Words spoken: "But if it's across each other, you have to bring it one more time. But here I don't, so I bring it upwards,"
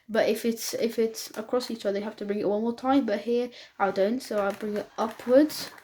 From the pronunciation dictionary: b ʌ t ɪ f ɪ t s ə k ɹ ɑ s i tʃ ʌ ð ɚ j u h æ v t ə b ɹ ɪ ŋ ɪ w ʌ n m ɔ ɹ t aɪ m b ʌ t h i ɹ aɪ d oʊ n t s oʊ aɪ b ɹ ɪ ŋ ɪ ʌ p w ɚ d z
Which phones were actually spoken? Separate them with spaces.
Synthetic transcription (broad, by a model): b ʌ t ɪ f ɪ t s ə k ɹ ɑ s i tʃ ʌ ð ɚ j h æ f t ə b ɹ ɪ ŋ ɪ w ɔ l m ɔ ɹ t aɪ m b ʌ t h i ɹ aɪ d oʊ n t s oʊ aɪ b ɹ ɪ ŋ ɪ ʌ p w ɚ d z